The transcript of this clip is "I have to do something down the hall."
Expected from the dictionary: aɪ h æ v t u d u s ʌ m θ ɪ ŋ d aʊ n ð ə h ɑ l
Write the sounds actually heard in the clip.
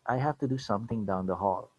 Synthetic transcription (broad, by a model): aɪ h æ f t u d u s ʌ m t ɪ ŋ d aʊ n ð ə h ɑ l